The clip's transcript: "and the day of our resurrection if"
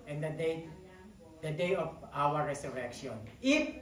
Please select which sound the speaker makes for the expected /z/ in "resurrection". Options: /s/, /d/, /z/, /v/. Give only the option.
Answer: /s/